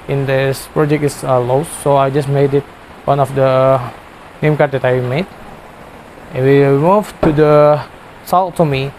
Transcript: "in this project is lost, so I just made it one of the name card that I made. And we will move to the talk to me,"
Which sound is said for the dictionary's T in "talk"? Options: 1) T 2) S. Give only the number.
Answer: 2